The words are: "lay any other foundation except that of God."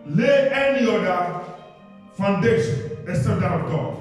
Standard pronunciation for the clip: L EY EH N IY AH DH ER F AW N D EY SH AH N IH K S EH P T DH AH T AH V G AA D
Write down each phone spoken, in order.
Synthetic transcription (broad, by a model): L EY EH N IY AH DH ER F AW N D EY SH AH N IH S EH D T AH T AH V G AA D